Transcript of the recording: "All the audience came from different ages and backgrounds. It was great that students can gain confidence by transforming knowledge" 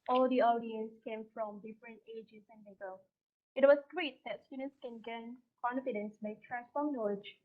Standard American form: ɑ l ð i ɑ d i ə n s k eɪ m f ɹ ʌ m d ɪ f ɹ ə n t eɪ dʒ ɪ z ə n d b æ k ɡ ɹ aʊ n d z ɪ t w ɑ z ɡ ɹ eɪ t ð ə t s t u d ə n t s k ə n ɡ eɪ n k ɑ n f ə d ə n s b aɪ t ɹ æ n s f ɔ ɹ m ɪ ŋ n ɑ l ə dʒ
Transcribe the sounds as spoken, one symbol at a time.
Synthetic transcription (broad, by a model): ɑ l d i ɑ d i ə n s k eɪ m f ɹ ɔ m d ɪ f ɹ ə n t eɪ dʒ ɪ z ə n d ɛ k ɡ ʌ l ɪ t w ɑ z ɡ ɹ eɪ t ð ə t s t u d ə n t s k ə n ɡ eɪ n k ɑ n f ə d ə n s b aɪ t ɹ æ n s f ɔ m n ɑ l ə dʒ